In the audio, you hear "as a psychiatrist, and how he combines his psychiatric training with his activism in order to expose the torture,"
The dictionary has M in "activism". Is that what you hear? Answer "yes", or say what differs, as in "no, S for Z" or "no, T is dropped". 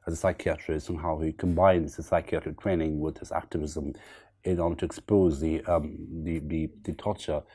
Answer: yes